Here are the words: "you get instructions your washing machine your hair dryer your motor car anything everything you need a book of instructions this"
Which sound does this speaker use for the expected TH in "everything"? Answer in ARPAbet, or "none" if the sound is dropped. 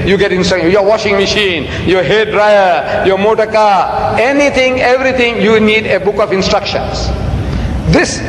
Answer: T